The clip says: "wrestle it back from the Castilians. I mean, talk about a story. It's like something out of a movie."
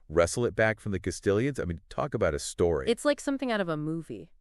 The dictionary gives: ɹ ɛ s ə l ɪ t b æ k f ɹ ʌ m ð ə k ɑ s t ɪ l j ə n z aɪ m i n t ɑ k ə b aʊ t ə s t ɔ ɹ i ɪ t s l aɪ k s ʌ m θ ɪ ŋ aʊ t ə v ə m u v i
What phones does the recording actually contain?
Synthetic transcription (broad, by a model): ɹ ɛ s l ɪ t b æ k f ɹ ʌ m ð ə k ɑ s t ɪ l j ə n z aɪ m i n t ɑ k ə b aʊ t ə s t ɔ ɹ i ɪ t s l aɪ k s ʌ m θ ɪ ŋ aʊ t ə v ə m u v i